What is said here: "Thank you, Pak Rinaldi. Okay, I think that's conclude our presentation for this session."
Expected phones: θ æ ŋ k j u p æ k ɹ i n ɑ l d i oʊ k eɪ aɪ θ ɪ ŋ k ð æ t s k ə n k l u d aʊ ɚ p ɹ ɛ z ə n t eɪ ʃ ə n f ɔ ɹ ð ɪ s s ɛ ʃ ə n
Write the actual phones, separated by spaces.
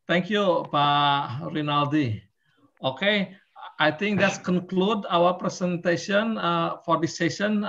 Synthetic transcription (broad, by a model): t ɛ ŋ k j u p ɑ ɹ i n ɑ l d i oʊ k eɪ aɪ t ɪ ŋ k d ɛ t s k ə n k l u d aʊ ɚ p ɹ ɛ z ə n t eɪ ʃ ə n f ɔ ɹ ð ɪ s s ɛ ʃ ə n